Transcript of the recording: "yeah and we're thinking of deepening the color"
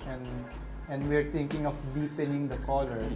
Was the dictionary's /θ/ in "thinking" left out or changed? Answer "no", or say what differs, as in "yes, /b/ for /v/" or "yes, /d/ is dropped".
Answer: yes, /t/ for /θ/